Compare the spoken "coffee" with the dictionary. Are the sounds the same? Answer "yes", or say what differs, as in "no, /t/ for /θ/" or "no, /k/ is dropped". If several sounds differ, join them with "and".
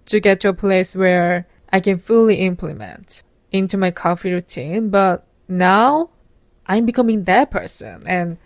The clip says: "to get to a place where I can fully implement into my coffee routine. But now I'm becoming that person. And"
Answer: yes